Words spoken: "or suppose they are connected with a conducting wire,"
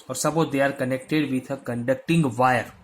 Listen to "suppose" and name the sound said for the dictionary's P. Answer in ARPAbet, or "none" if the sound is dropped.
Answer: B